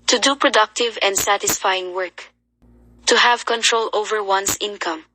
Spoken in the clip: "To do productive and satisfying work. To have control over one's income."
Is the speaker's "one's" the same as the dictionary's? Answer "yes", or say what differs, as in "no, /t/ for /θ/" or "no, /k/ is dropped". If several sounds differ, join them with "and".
no, /s/ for /z/